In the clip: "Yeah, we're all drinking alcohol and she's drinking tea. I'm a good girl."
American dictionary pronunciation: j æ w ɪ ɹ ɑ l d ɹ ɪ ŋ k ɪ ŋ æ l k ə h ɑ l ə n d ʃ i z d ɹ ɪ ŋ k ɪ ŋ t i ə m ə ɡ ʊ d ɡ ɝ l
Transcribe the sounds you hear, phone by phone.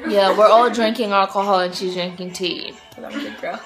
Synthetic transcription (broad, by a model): j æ w ɪ ɹ ɑ l d ɹ ɪ ŋ k ɪ ŋ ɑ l k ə h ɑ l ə n ʃ i z d ɹ ɪ ŋ k ɪ ŋ t i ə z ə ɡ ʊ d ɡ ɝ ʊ